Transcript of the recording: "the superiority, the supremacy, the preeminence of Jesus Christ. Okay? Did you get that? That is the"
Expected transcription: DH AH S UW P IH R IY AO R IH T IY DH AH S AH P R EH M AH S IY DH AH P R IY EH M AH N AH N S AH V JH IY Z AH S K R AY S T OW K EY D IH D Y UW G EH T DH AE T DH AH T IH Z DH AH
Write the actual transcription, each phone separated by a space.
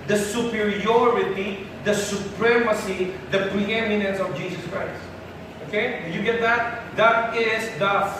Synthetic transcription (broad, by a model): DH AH S UW P IH R IY AO R IH T IY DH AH S AH P R EH M AH S IY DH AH P R IY EH M AH N AH N S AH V JH IY S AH S K R AY S T OW K EY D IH Y UW G EH T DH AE T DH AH T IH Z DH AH